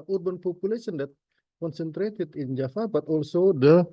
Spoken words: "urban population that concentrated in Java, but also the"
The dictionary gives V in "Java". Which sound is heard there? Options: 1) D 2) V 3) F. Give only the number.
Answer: 3